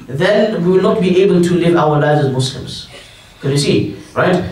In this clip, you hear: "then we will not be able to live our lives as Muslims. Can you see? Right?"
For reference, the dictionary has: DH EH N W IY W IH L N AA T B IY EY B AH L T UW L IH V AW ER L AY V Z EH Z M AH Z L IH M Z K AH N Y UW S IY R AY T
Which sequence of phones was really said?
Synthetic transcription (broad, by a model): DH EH N W IY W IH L N AA T B IY EY B AH L T UW L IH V AW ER L AY V Z EH Z M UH S L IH M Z K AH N Y UW S IY R AY T